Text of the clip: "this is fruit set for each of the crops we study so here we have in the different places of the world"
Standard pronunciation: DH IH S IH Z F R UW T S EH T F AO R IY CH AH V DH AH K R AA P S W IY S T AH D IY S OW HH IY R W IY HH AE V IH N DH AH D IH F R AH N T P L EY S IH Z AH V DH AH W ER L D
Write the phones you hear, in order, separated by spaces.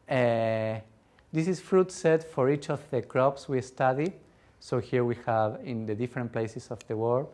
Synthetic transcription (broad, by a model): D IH S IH S F R UW T S EH T F AO R IY CH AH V DH AH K R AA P S W IY S T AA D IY S OW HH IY R W IY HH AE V IH N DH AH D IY F R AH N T P L EY S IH S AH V DH AH W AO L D